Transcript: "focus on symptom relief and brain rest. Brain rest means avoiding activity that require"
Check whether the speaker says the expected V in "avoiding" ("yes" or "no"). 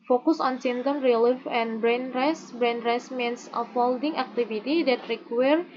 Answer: no